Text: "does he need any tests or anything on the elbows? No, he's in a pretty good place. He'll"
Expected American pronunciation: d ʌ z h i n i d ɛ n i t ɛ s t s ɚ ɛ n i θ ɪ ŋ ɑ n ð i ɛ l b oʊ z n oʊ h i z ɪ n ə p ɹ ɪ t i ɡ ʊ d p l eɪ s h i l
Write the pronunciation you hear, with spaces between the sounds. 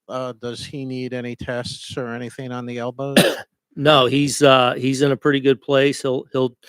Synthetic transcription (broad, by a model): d ʌ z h i n i d ɛ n i t ɛ s t s ɚ ɛ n i θ ɪ ŋ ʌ n ð i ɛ l b oʊ n oʊ h i z ɪ n ə p ɹ ɪ t i ɡ ʊ d p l eɪ s h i l